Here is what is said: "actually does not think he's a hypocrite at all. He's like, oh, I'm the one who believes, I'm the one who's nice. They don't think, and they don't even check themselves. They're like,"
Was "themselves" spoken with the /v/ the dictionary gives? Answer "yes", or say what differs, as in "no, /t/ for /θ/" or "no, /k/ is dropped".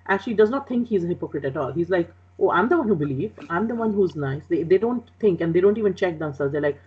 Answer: no, /v/ is dropped